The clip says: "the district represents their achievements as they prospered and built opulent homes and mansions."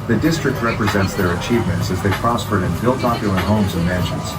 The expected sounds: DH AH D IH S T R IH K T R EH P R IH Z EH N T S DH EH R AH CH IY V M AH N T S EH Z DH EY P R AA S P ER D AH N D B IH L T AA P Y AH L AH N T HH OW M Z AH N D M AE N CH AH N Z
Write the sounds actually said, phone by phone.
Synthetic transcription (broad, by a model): DH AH D IH S T R IH K T R EH P R IH Z EH N T S DH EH R AH CH IY V M AH N T S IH Z DH EY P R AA S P ER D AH N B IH L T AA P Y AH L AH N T HH OW M Z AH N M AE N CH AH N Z